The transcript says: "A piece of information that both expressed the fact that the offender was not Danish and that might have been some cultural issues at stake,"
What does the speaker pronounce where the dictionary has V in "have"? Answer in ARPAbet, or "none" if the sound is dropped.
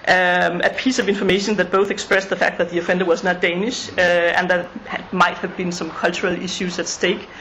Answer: V